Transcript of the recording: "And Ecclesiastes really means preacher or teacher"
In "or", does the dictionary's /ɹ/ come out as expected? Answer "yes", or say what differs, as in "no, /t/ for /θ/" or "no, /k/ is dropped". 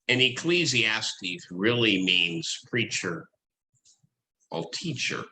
no, /l/ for /ɹ/